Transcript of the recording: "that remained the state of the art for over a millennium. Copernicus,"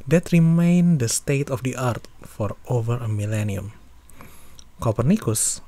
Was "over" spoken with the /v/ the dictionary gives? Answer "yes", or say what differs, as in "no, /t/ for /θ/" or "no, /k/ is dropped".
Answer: yes